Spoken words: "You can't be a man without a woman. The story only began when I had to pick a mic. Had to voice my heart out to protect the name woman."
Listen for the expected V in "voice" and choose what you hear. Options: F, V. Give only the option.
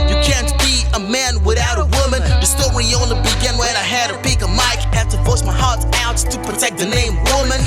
F